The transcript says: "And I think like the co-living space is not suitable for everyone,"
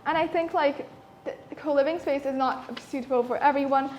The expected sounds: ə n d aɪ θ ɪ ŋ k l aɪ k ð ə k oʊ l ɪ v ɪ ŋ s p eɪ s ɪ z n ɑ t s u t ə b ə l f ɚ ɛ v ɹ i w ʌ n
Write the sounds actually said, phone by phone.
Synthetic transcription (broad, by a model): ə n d aɪ θ ɪ ŋ k l aɪ k ð ə k oʊ l ɪ v ɪ ŋ s p eɪ s ɪ z n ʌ t s u t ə b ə l f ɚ ɛ v ɹ i w ʌ n